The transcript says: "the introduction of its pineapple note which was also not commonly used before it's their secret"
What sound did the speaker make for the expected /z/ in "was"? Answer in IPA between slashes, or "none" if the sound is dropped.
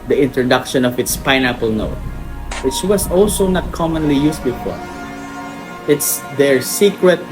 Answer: /s/